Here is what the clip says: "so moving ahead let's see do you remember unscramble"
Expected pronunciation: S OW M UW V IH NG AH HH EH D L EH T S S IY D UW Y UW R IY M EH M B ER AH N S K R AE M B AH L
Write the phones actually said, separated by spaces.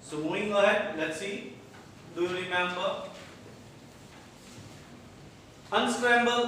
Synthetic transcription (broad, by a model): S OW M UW IH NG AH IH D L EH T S S IY D UW Y UW R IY M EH M B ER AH N S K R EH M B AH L